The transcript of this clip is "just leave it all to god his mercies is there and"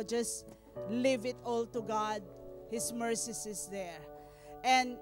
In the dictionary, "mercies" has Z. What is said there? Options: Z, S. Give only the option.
S